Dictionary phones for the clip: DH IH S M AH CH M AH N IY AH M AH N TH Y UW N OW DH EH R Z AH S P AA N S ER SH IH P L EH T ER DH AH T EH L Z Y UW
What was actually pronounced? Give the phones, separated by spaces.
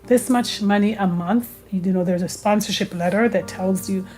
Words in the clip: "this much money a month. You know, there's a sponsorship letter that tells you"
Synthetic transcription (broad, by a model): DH IH S M AH CH M AH N IY AH M AH N TH Y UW N OW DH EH R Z AH S P AA N S ER SH IH P L EH T ER DH AH T EH L Z Y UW